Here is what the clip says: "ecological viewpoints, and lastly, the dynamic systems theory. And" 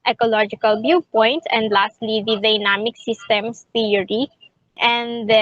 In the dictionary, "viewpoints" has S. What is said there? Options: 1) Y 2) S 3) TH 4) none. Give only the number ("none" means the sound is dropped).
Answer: 4